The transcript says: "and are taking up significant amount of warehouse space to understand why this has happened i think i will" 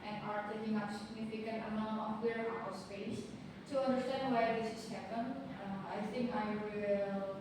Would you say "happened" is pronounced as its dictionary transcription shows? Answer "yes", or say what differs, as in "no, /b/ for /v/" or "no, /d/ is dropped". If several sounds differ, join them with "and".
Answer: no, /d/ is dropped